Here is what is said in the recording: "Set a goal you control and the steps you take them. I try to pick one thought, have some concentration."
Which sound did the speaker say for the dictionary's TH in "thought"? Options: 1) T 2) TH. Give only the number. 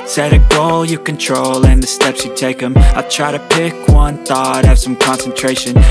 2